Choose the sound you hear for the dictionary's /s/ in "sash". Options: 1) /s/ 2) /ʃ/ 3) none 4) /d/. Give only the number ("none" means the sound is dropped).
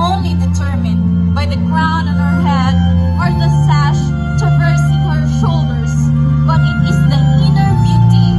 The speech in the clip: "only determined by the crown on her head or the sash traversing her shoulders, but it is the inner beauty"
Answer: 1